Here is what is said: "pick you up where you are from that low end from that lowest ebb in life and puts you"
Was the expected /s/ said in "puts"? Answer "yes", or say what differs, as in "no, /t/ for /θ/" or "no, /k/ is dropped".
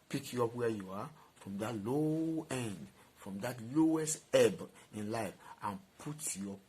no, /s/ is dropped